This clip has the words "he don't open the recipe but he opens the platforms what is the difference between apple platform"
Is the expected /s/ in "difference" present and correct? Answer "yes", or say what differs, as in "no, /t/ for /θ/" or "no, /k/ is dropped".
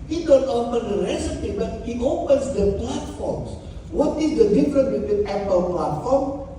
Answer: no, /s/ is dropped